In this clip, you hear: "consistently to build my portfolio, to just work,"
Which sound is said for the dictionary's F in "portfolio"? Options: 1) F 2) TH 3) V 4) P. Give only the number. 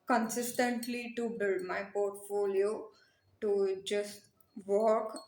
1